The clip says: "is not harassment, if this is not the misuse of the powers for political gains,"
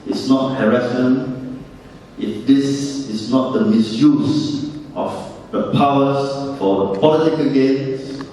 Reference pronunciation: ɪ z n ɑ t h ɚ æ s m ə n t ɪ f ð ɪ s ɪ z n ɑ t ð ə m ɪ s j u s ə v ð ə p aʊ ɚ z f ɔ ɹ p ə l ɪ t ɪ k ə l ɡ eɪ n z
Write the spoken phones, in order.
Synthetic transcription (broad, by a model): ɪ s n ɑ t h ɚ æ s ə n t ɪ f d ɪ s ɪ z n ɑ t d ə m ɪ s j u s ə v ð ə p aʊ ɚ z f ɔ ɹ p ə l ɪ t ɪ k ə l ɡ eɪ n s